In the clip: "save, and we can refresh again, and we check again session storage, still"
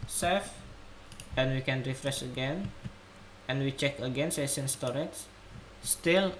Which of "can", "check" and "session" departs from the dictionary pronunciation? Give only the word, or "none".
session